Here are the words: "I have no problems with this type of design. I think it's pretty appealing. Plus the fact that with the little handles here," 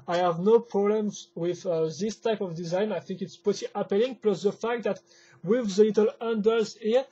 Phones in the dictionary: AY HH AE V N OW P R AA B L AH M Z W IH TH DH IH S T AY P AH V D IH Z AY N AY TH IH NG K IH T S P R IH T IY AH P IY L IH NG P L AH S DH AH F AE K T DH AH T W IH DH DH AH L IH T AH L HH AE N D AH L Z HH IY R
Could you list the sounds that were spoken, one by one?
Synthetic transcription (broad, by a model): AY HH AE V N OW P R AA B L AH M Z W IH DH IH S T AY P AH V D IH Z AY N AY TH IH NG K IH T S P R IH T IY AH P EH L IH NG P L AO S DH AH F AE K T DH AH T W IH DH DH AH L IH T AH L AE N D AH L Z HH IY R